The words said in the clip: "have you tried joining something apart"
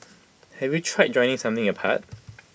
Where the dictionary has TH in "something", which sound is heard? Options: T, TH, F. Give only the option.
TH